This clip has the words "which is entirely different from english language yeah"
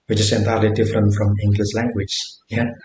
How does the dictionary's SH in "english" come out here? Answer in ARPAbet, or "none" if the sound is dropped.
S